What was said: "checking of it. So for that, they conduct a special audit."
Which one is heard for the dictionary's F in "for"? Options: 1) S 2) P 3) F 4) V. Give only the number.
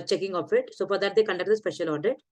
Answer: 2